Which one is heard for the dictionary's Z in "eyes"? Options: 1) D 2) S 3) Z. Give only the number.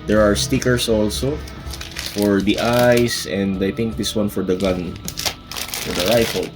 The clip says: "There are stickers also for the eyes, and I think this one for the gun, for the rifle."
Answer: 2